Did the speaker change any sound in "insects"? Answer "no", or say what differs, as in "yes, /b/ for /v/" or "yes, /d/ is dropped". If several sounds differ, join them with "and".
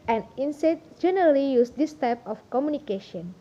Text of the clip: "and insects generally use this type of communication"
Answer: yes, /k/ is dropped and /s/ is dropped